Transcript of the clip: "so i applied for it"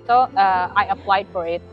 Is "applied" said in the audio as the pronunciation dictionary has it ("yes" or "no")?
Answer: no